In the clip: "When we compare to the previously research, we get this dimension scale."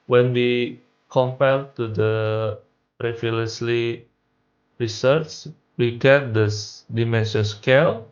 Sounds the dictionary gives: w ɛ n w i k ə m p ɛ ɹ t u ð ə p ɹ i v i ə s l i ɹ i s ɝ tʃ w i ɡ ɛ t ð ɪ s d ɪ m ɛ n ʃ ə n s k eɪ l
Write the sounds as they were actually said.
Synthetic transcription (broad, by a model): w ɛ n w i k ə m p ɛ l t u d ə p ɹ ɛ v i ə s l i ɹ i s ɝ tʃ w i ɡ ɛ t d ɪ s d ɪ m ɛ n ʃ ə s k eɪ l